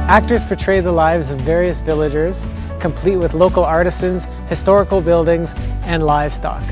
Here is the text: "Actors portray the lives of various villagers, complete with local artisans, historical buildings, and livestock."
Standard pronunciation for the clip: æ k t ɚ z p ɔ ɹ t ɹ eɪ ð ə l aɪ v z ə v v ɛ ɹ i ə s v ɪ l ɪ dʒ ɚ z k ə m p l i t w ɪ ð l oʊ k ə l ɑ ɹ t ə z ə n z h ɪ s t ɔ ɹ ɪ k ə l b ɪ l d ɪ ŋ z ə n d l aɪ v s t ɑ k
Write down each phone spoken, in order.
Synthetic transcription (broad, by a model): æ k t ɚ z p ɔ ɹ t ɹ eɪ ð ə l aɪ v z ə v v ɛ ɹ i ə s v ɪ l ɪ dʒ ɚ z k ə m p l i t w ɪ ð l oʊ k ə l ɑ ɹ t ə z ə n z h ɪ s t ɔ ɹ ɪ k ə l b ɪ l d ɪ ŋ z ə n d l aɪ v s t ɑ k